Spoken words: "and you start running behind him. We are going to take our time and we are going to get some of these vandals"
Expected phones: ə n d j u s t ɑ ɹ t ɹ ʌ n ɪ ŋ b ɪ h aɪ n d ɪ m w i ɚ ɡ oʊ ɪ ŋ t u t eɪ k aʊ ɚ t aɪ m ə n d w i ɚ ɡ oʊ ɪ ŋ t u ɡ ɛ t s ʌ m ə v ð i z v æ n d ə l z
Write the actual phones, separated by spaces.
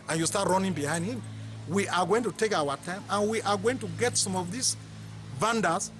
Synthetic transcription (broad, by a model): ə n j u s t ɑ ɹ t ɹ ʌ n ɪ ŋ b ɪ h aɪ n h ɪ m w i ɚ ɡ oʊ ɪ ŋ t u t eɪ k aʊ ɚ t aɪ m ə n w i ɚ ɡ oʊ ɪ ŋ t u ɡ ɛ t s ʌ m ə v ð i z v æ n d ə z